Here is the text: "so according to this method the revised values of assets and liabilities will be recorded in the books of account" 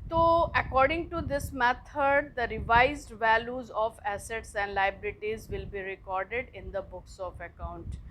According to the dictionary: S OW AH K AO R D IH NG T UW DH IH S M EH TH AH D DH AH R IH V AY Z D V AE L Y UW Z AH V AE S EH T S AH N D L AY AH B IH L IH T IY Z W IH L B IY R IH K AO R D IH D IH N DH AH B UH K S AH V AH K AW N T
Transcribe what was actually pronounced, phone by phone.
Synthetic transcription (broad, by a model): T OW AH K AO R D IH NG T UW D IH S M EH T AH D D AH R IH V AY Z D V AE L Y UW Z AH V AE S EH T S AH N D L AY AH B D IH T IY Z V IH L B IY R IH K AO R D IH D IH N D AH B UH K S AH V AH K AW N T